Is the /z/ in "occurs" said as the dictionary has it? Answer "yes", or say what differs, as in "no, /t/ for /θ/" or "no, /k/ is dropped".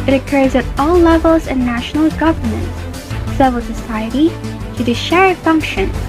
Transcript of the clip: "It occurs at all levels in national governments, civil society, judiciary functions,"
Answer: yes